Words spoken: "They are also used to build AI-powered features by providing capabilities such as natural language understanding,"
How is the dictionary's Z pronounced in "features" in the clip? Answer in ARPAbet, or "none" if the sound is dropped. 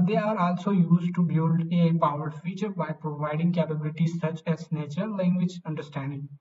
none